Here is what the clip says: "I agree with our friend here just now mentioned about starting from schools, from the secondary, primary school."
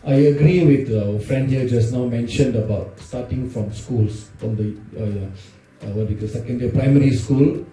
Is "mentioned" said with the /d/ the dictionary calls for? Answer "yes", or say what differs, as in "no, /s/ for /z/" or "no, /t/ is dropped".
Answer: yes